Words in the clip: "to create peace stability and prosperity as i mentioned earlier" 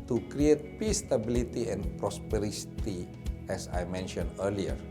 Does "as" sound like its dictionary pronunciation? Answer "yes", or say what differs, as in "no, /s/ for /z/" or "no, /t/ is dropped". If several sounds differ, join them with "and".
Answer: no, /s/ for /z/